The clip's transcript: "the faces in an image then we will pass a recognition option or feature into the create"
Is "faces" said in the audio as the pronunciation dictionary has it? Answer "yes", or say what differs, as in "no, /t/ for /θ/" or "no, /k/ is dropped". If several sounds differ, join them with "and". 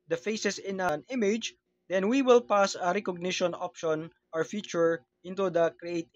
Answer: no, /s/ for /z/